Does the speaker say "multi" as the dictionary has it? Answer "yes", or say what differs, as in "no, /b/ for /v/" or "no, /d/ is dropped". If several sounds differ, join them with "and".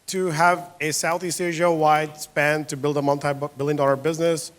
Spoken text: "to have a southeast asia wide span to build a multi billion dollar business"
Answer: no, /n/ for /l/